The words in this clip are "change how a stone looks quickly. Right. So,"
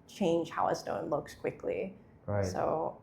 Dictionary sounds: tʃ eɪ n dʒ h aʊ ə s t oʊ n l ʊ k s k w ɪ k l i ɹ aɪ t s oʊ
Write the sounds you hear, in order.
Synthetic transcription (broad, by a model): tʃ eɪ n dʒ h aʊ ə s t oʊ n l ʊ k s k w ɪ k l i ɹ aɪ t s oʊ